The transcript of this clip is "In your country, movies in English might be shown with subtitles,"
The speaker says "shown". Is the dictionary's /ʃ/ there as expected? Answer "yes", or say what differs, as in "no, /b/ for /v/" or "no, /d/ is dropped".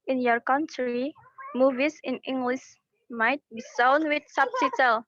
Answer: no, /s/ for /ʃ/